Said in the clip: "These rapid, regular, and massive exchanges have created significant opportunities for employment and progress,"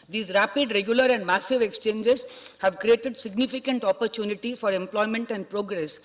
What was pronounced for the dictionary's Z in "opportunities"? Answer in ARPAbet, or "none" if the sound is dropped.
none